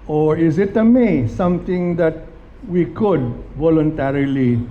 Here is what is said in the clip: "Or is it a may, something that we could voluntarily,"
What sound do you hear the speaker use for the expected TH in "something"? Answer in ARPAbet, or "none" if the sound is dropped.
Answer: T